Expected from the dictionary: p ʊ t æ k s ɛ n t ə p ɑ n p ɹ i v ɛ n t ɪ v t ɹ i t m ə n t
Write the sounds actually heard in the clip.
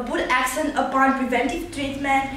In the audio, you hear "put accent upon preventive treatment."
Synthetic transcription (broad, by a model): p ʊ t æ k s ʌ n ə p ɑ n p ɹ i v ɛ n t ɪ v t ɹ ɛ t m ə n